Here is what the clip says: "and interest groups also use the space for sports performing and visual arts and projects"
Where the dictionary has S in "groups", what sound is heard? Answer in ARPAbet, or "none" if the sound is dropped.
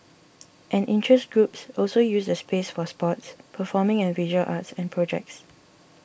S